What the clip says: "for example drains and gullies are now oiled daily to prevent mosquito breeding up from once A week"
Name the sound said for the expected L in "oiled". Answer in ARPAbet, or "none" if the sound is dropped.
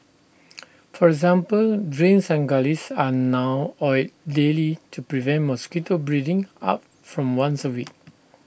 none